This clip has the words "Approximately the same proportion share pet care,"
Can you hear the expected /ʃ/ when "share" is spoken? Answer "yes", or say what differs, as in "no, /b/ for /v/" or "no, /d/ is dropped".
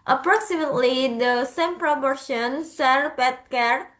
no, /s/ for /ʃ/